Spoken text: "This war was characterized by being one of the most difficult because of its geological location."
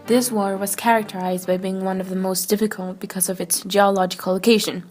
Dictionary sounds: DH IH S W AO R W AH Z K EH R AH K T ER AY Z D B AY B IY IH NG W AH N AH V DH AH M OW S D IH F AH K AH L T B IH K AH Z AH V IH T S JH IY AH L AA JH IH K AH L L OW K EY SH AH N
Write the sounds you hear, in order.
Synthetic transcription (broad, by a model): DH IH S W AO R W AH Z K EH R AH K T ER AY Z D B AY B IY IH NG W AH N AH V DH AH M OW S D IH F AH K AH L T B IH K AH Z AH V IH T S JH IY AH L AA JH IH K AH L L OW K EY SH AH N